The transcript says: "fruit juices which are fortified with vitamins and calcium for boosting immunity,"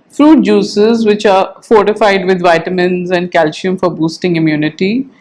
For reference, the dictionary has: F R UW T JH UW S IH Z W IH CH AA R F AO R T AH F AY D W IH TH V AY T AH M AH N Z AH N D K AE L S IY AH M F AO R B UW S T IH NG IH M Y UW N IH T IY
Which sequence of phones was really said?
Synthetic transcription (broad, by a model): F R UW T JH UW S IH Z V IH CH AA R F AO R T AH F AY D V IH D V AY T AH M AH N Z AH N D K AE L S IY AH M F AO R B UW S T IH NG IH M Y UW N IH T IY